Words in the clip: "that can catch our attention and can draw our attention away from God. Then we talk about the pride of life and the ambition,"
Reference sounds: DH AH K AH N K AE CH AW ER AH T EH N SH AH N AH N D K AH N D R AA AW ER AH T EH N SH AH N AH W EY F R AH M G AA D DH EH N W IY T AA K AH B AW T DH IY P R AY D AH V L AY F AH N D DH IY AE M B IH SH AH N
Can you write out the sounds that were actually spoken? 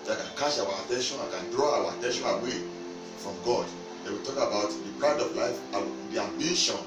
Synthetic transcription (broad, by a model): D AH K AH N K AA SH AW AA AH T EH N SH AH N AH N K AH N D R AA AW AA AH T EH N SH AH N AH W EY F R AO M G AA D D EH W IY T AA K AH B AW T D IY P R AY D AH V L AY F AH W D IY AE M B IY SH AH N